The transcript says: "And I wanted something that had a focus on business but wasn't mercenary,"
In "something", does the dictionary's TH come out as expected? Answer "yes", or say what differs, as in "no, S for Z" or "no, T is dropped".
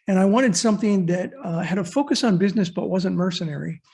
yes